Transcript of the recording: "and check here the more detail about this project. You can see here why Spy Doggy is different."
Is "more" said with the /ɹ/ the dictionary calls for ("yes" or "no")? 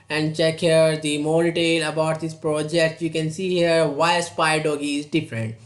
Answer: no